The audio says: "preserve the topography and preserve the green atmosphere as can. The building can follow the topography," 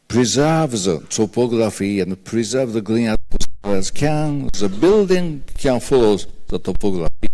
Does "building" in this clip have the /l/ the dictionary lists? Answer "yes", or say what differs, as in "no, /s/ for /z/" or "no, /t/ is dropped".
yes